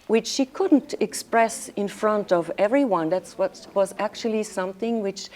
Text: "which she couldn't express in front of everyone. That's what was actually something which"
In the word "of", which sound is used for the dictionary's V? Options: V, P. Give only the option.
V